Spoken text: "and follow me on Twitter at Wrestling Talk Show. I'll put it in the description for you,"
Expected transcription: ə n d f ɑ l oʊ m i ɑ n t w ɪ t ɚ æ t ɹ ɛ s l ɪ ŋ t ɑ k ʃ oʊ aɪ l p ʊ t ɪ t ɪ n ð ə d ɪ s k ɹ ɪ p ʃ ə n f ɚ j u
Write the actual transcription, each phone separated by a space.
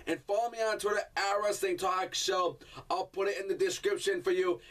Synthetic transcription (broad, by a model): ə n f ɑ l oʊ m i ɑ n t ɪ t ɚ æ ɹ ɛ s ɪ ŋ t ɑ k ʃ oʊ aɪ l p ʊ t ɪ t ɪ n ð ə d ɪ s k ɹ ɪ p ʃ ə n f ɚ j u